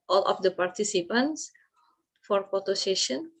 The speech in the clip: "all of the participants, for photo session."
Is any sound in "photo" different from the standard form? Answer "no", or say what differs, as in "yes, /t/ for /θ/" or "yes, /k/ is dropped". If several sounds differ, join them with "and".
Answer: yes, /p/ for /f/